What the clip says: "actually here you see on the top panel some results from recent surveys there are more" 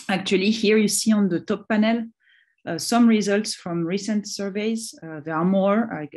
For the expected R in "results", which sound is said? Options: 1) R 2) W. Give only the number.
1